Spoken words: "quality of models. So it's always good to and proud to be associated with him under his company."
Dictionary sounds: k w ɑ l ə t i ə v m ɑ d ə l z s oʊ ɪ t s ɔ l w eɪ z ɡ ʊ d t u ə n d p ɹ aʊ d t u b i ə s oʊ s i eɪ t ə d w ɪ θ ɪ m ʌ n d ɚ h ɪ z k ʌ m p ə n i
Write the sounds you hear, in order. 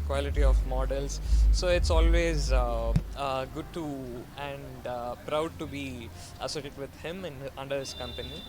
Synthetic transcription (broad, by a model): k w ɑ l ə t i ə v m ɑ d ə l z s oʊ ɪ t s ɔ l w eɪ z ɡ ʊ d t u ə n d p ɹ aʊ d t u b i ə s oʊ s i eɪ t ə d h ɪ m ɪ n ʌ n d ɚ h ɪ s k ʌ m p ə n i